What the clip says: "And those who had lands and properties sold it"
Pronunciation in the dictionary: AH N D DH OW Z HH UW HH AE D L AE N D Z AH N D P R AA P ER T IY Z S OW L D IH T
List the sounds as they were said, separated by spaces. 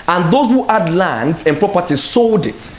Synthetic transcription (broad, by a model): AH N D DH OW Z HH UW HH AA D L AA N D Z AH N P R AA P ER T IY S OW L D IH T